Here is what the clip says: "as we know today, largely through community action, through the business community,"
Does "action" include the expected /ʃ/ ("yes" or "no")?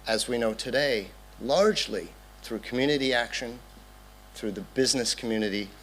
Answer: yes